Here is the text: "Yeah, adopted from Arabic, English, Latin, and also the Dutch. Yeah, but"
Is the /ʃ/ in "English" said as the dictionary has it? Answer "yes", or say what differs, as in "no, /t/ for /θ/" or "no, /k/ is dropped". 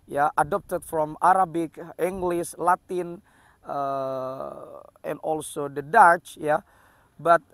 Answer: no, /s/ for /ʃ/